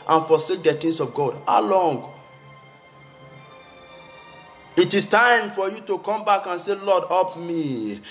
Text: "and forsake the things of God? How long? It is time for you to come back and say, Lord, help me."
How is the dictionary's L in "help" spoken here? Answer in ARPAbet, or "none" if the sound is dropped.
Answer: none